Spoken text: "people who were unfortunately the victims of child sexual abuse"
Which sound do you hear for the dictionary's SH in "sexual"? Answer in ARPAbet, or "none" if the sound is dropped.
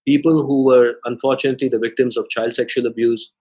SH